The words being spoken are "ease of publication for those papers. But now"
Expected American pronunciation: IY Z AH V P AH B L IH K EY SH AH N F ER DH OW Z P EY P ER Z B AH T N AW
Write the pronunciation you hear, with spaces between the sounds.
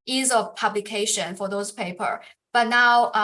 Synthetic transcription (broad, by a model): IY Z AH V P AH B L IH K EY SH AH N F ER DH OW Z P EY P ER B AH T N AW